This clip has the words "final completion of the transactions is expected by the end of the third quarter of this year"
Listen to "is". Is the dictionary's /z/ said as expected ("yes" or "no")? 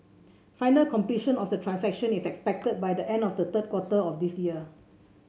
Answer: no